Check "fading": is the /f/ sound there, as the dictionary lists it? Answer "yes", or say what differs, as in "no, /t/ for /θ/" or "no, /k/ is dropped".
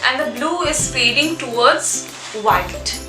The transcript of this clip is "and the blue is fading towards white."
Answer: no, /p/ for /f/